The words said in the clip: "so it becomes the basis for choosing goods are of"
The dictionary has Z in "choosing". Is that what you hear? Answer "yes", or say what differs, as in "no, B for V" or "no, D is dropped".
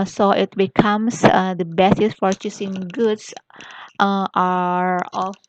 no, S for Z